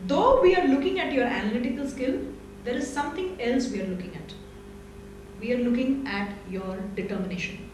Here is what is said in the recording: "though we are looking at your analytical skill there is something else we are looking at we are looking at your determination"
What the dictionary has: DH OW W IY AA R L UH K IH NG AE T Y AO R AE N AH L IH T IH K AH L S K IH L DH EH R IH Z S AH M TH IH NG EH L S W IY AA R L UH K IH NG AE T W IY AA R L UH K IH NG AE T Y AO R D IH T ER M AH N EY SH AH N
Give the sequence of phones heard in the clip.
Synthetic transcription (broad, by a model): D OW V IY AA R L UH K IH NG AE T Y AO R AE N AH L IH T IH K AH L S K IH L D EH R IH Z S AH M T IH NG EH L S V IY AA R L UH K IH NG AE T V IY AA R L UH K IH NG AE T Y AO R D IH T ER M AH N EY SH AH N